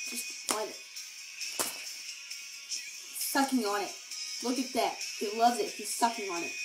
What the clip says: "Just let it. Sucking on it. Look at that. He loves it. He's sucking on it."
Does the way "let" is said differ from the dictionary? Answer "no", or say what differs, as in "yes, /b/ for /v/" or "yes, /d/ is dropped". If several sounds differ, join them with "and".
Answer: yes, /t/ is dropped